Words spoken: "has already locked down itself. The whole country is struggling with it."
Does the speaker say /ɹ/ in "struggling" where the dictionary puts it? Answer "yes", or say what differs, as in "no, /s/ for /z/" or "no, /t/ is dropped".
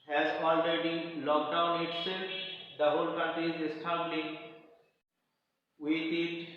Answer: no, /ɹ/ is dropped